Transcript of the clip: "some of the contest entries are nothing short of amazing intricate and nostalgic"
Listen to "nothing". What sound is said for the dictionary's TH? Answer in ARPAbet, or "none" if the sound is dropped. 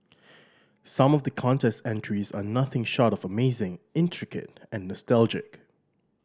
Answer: TH